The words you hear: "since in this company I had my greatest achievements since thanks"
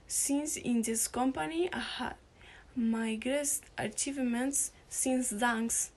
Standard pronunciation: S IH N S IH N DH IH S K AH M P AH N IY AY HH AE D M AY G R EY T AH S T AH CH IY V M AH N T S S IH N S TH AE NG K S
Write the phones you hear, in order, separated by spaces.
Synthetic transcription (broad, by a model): S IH N S IH N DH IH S K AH M P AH N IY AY HH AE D M AY G R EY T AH T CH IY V M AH N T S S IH N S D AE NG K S